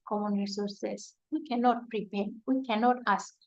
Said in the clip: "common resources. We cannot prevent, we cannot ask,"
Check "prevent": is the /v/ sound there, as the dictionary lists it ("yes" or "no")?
no